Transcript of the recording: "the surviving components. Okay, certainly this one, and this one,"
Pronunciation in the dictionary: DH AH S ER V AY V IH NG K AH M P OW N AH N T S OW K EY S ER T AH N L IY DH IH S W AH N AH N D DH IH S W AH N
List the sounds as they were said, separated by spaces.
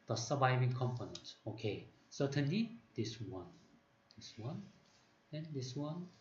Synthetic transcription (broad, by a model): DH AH S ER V AY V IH NG K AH M P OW N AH N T OW K EY S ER T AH N L IY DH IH S W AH N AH N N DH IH S W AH N